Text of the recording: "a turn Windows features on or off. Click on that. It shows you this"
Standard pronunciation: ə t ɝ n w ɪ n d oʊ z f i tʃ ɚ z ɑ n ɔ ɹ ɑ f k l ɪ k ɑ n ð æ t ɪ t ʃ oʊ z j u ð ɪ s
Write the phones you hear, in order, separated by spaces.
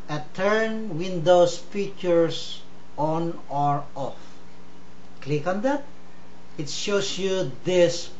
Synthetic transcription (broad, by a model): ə t ɝ n w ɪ n d oʊ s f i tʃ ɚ s ɑ n ɔ ɹ ɑ f k l ɪ k ɑ n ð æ t ɪ t ʃ oʊ s j u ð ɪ s